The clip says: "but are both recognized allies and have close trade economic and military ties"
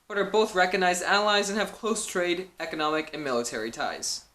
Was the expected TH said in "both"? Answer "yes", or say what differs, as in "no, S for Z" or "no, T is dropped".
yes